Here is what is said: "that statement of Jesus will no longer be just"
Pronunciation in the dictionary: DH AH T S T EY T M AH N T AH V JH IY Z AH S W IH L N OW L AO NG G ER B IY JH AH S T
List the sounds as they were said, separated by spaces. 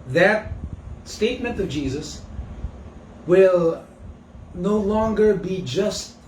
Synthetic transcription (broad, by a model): DH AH T S T EY T M AH N T AH V JH IY Z AH S W IH L N OW L AO NG G ER B IY JH AH S T